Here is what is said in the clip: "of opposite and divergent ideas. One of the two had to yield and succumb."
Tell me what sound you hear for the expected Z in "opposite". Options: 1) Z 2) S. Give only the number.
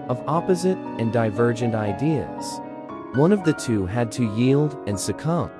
1